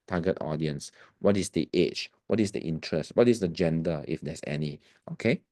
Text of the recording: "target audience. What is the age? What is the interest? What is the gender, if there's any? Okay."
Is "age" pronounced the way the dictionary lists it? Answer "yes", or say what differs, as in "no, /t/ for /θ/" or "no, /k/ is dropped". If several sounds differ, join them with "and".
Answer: no, /tʃ/ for /dʒ/